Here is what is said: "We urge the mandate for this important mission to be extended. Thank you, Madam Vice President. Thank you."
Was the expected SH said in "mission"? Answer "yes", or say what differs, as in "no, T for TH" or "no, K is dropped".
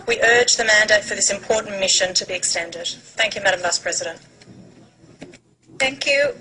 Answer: yes